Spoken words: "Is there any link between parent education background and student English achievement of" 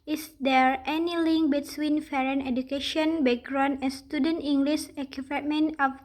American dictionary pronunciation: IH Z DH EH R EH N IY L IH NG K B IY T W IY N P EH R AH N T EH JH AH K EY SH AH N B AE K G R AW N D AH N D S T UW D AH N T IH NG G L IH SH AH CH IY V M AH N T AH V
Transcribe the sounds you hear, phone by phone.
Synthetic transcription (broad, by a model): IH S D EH R EH N IY L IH NG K B IY T W IY N F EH R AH N EH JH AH K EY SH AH N B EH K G R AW N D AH N S T UW D AH N T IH NG G L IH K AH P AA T M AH N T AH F